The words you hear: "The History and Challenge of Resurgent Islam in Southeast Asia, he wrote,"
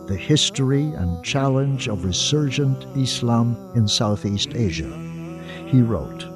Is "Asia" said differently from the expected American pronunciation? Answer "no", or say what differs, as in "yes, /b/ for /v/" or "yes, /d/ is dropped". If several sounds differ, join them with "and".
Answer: no